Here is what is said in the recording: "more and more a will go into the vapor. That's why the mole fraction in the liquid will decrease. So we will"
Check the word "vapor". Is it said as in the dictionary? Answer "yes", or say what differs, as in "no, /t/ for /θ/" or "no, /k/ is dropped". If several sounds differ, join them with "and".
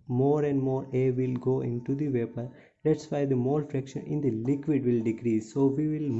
yes